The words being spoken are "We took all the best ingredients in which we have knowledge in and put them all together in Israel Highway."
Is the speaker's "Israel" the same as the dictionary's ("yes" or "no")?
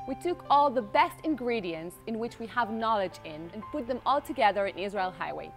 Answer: yes